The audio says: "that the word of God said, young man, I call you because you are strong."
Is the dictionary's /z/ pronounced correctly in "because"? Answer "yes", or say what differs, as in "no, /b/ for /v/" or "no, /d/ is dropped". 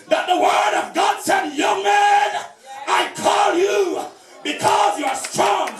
yes